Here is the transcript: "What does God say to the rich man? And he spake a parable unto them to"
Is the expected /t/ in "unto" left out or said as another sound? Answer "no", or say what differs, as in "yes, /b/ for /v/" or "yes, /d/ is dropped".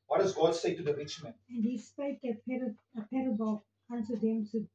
yes, /s/ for /t/